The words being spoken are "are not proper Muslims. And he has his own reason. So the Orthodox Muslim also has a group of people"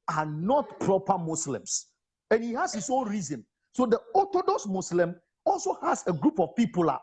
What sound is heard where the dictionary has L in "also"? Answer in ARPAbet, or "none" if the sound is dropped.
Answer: L